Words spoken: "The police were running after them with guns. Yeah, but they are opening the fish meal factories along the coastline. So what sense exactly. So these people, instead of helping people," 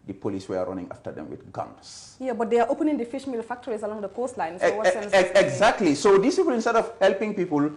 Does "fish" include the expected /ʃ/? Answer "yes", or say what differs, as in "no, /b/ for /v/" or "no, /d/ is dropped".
yes